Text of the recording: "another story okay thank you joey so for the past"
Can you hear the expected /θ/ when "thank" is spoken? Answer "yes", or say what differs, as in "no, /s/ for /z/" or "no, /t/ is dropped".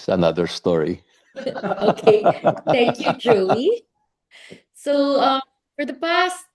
yes